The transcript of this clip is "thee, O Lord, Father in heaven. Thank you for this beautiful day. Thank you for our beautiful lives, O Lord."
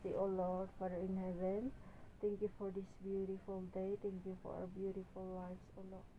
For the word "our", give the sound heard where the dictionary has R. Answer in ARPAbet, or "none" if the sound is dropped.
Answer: W